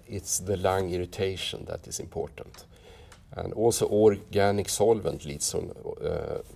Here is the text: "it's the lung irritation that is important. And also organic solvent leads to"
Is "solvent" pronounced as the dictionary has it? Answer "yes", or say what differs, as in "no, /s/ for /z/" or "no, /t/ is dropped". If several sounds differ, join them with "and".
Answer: yes